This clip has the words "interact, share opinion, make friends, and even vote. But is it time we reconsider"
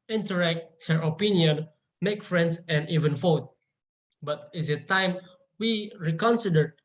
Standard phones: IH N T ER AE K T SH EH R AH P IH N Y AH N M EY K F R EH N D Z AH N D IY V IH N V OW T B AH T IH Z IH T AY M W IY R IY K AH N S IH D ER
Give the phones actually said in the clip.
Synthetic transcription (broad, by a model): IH N T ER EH K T S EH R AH P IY N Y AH N M EY K F R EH N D S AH N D IY V IH N F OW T B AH T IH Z IH T AY M W IY R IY K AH N S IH D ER